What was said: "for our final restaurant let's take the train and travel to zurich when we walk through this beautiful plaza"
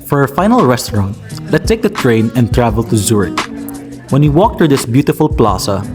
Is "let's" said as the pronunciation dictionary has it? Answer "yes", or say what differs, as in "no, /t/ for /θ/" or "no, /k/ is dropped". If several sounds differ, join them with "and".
no, /s/ is dropped